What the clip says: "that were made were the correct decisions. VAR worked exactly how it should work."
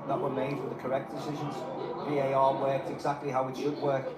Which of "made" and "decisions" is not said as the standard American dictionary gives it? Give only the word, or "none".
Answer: none